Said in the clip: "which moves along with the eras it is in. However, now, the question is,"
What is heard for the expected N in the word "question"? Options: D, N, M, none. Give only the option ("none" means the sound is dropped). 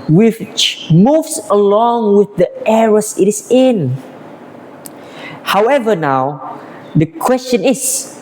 N